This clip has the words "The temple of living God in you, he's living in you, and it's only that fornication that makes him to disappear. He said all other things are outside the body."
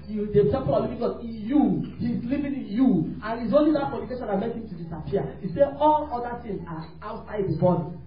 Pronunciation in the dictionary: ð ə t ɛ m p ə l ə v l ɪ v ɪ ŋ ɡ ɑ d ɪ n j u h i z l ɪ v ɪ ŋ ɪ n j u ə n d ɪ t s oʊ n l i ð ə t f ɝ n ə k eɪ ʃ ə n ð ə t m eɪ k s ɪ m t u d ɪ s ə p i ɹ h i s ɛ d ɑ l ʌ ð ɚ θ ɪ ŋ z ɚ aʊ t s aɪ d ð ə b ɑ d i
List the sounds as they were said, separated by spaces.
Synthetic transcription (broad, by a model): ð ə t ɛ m p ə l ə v l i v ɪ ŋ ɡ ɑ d ɪ n j u h i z l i v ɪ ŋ ɪ n j u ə n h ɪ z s oʊ n l i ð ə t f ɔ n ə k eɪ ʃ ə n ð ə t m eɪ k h ɪ m t u d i s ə p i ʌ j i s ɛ ɑ l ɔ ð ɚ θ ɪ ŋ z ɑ aʊ t s aɪ d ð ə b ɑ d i